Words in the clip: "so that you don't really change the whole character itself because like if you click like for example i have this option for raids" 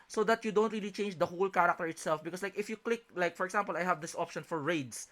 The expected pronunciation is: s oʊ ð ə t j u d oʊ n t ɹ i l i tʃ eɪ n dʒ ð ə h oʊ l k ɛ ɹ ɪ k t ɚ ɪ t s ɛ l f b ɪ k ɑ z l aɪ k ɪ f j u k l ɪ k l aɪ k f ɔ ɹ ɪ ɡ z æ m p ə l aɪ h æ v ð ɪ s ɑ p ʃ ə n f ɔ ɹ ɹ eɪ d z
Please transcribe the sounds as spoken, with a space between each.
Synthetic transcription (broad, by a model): s oʊ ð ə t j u d oʊ n t ɹ i l i tʃ eɪ n dʒ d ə h oʊ l k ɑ ɹ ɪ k t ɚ ɪ t s ɛ l f b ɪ k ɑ s l aɪ k ɪ f j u k l ɪ k l aɪ k f ɔ ɹ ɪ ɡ s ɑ m p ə l aɪ h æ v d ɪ s ɑ p ʃ ə n f ɔ ɹ ɹ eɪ d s